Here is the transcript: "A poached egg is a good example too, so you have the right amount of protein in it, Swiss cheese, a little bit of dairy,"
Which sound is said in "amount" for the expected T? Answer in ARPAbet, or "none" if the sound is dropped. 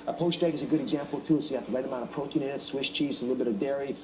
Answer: none